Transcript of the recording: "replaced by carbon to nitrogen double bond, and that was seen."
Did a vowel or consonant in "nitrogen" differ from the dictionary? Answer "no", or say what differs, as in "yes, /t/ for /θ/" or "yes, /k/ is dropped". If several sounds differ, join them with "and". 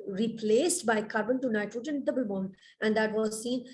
yes, /ɹ/ is dropped